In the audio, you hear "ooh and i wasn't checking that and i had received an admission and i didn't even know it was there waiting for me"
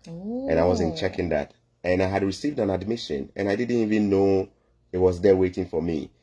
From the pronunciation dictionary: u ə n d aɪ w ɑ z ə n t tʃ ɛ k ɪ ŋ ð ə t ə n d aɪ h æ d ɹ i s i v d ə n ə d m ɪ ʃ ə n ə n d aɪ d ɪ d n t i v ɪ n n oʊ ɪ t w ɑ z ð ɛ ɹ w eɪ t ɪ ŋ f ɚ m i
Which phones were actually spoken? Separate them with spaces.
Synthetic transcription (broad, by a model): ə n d aɪ w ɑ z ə n tʃ ɛ k ɪ ŋ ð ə t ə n aɪ h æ d ɹ i s i v d ə n ə d m ɪ ʃ ə n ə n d aɪ d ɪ d n t i v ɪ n n oʊ ɪ t w ɑ z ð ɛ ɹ w eɪ t ɪ ŋ f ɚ m i